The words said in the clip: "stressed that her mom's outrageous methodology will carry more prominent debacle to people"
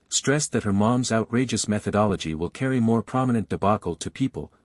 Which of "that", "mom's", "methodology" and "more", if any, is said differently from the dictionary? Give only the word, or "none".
none